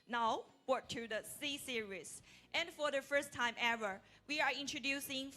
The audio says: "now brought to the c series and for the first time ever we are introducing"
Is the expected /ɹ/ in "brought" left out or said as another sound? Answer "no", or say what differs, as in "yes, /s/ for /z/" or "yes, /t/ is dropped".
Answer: yes, /ɹ/ is dropped